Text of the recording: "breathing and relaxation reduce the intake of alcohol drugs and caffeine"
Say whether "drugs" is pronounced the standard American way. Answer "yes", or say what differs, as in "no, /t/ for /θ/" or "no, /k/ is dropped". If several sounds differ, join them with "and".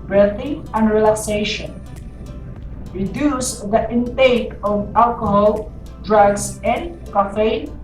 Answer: no, /s/ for /z/